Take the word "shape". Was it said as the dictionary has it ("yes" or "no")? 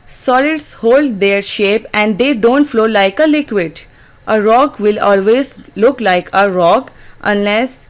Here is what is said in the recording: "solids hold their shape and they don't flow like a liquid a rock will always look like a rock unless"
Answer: yes